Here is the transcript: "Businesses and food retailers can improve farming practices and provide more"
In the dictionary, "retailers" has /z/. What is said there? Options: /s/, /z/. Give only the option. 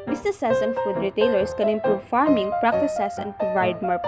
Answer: /s/